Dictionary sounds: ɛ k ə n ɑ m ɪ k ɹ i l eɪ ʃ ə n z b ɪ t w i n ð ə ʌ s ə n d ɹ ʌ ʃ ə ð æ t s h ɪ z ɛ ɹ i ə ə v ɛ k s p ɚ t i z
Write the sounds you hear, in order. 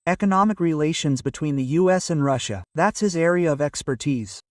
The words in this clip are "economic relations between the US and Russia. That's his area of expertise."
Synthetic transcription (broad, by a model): ɛ k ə n ɑ m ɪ k ɹ i l eɪ ʃ ə n z b ɪ t w i n ð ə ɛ s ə n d ɹ ʌ ʃ ə ð æ t s h ɪ z ɛ ɹ i ə ə v ɛ k s p ɚ t i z